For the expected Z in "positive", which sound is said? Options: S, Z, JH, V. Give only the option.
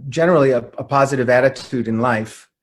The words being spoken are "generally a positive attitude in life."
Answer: Z